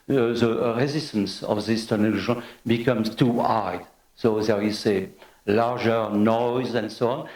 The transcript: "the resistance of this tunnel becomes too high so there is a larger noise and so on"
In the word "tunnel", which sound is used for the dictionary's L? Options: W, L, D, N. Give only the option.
N